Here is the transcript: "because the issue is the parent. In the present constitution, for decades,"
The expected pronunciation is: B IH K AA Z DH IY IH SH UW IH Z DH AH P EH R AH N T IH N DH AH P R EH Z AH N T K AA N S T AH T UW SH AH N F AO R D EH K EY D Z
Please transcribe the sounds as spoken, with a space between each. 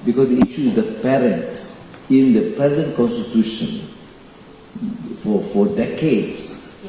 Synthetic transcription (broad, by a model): B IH K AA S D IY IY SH UW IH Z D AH P EH R AH N T IH N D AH P R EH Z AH N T K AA N S T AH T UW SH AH N F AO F D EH K EY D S